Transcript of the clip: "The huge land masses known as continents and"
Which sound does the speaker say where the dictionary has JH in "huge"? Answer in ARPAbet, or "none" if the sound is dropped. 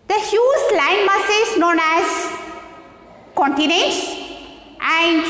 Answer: Z